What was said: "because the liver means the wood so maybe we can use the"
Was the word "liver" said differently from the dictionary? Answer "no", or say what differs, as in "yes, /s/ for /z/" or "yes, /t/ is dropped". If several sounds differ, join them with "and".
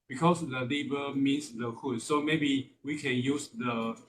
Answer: yes, /b/ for /v/